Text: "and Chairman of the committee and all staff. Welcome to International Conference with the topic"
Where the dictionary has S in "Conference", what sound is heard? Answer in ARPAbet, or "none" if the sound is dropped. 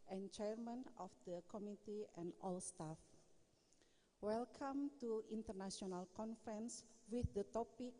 S